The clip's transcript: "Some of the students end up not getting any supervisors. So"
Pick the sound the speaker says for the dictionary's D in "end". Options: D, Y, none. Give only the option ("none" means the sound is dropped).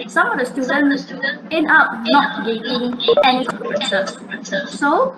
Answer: none